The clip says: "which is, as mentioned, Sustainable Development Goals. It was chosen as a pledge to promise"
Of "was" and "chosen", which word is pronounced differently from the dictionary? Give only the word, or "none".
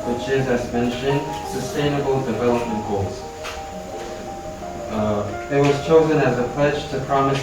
none